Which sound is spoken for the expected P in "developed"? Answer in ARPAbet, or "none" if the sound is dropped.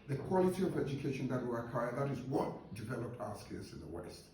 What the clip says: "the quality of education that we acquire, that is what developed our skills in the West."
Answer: P